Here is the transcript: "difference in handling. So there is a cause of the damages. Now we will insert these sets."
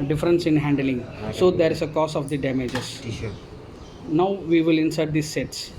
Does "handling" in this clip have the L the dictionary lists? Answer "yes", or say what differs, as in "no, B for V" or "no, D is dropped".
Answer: yes